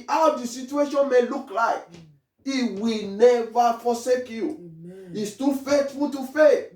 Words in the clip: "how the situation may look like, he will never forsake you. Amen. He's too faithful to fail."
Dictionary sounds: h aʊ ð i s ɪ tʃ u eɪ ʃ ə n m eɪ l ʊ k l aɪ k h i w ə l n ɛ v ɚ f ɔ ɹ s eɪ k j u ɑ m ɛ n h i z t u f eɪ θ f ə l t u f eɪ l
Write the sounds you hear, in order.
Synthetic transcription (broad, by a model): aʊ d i s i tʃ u eɪ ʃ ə n m eɪ l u k l aɪ k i w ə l n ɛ v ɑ f ɔ s eɪ k j u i s t u f eɪ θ f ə l t u f eɪ